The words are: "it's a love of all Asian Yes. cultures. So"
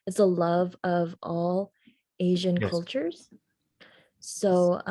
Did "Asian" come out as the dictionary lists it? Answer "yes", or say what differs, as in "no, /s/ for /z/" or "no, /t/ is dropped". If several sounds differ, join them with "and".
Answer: yes